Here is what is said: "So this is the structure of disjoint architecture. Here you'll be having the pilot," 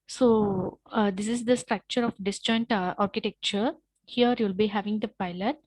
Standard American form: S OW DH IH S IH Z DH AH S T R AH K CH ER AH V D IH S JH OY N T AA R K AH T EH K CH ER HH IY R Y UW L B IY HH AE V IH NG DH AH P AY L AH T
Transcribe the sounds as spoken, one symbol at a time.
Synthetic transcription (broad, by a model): S OW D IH S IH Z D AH S T R AH K CH ER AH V D IH S JH OY N T AA R K AH T EH K CH ER HH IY R Y UW L B IY HH AE V IH NG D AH P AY L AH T